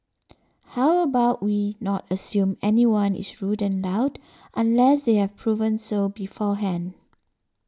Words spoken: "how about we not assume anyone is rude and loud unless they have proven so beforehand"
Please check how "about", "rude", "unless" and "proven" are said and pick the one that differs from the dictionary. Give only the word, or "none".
none